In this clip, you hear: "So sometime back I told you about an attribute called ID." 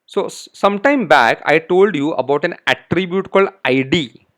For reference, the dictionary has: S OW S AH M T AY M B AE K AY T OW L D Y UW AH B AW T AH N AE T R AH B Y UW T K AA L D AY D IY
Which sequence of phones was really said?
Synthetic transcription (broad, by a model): S OW S AH M T AY M B AE K AY T OW L D Y UW AH B AW T AH N AE T R AH B Y UW T K AA L D AY D IY